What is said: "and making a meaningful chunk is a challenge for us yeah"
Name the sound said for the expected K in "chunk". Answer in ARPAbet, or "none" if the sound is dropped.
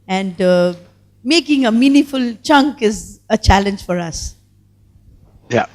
K